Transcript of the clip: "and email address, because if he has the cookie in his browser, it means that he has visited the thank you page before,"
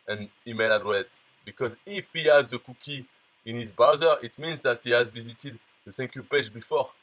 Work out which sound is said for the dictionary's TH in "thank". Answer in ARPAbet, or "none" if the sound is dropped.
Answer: S